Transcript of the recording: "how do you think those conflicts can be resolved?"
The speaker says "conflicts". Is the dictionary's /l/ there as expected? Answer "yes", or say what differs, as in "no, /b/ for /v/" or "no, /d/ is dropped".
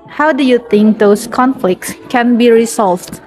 yes